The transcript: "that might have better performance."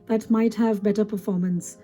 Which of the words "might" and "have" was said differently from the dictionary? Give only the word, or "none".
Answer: none